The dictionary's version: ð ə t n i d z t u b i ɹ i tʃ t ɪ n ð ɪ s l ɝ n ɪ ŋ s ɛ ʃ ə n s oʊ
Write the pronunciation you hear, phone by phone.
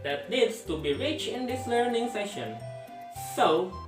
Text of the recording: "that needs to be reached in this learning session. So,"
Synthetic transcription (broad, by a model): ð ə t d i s t u b i ɹ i tʃ ɪ n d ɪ s l ɝ n ɪ ŋ s ɛ ʃ ə n s oʊ